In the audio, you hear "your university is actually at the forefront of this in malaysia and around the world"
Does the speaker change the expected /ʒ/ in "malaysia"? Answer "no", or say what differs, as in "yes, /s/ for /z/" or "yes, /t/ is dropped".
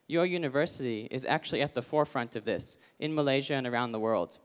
no